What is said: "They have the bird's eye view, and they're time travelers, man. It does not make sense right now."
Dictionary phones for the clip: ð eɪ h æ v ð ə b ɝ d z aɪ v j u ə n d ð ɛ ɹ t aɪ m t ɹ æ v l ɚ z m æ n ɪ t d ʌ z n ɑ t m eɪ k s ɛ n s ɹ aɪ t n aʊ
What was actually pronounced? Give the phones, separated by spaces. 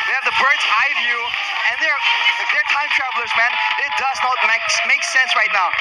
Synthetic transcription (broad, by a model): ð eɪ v ð ə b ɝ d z aɪ v j u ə n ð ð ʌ ɹ t aɪ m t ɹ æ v l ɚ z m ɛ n ɪ t d ʌ z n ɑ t m eɪ k s ɛ n s ɹ aɪ t n aʊ